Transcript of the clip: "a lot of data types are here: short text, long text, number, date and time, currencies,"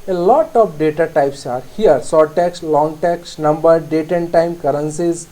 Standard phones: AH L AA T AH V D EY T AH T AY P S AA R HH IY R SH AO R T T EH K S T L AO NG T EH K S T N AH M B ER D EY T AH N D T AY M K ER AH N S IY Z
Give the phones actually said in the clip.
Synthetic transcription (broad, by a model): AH L AA T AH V D EY T AH T AY P S AA R HH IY R S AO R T T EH K S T L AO NG T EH K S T N AH M B ER D EY T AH N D T AY M K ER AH N S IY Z